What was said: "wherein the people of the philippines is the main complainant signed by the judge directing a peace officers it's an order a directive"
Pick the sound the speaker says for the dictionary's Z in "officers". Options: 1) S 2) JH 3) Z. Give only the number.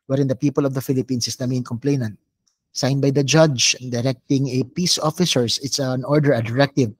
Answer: 1